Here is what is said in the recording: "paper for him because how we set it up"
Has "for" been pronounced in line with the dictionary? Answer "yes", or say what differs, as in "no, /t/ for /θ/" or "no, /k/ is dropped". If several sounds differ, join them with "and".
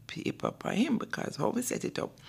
no, /p/ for /f/